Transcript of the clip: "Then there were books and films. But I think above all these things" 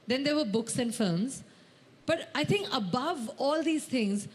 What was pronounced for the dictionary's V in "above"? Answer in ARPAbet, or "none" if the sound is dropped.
V